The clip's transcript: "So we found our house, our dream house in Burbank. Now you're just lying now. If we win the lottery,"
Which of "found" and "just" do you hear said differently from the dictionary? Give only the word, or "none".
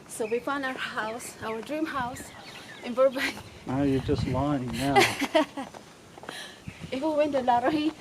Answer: found